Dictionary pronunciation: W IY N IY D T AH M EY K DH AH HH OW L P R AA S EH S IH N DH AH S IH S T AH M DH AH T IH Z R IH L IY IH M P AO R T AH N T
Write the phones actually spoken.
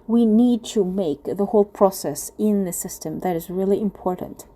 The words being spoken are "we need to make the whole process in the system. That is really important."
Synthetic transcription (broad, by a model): W IY N IY D T AH M EY K DH AH HH OW L P R AA S EH S IH N DH AH S IH S T AH M DH AH T IH Z R IH L IY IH M P AO R T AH N T